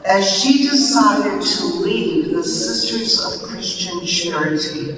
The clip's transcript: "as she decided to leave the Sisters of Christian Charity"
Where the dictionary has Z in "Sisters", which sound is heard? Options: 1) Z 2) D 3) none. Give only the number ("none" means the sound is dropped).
1